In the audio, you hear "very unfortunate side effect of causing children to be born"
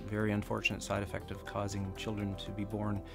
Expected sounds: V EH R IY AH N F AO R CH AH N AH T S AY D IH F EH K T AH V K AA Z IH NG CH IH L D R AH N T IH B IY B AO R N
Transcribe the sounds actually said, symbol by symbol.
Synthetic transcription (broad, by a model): V EH R IY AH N F AO R CH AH N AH T S AY D IH F EH K T AH V K AA Z IH NG CH IH L D R AH N T IH B IY B AO R N